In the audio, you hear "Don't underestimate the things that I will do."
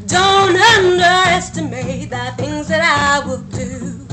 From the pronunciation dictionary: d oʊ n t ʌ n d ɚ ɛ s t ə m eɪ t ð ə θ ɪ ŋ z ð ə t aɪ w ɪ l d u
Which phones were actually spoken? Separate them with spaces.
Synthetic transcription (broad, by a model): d oʊ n t ʌ n d ɚ ɛ s t ə m eɪ t ð ə θ ɪ ŋ z ð ə t aɪ w ɪ l d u